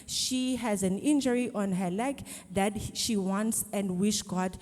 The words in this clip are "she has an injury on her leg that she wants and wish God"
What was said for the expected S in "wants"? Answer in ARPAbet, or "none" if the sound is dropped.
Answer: S